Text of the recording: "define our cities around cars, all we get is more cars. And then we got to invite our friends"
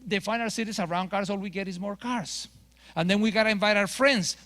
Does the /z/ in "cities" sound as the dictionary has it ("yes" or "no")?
no